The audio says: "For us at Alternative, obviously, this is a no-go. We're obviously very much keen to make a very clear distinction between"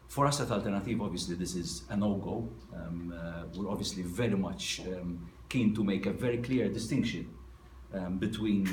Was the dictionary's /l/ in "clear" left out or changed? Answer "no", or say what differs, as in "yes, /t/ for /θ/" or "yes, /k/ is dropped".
no